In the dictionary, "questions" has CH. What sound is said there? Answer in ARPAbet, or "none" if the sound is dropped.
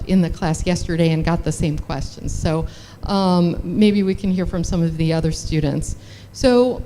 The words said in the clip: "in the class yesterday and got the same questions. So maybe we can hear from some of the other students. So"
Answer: CH